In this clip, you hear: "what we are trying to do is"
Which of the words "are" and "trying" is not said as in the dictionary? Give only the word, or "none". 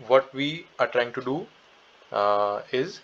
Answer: none